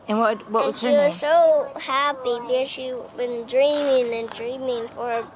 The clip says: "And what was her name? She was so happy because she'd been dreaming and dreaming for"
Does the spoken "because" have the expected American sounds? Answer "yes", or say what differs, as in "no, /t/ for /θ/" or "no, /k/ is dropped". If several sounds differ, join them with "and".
no, /k/ is dropped